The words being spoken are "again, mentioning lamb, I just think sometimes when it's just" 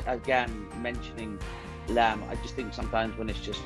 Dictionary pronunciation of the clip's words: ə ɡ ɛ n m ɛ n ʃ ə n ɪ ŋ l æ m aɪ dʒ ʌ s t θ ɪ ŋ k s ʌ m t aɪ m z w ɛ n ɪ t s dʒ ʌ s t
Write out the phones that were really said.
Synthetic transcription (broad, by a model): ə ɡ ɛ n m ɛ n ʃ ə n ɪ ŋ l æ m aɪ dʒ ʌ s t θ ɪ ŋ k s ʌ m t aɪ m z w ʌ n ɪ t s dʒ ʌ s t